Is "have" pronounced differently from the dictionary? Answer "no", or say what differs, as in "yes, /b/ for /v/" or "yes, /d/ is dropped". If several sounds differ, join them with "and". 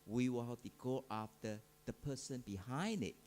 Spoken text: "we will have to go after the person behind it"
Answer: yes, /p/ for /v/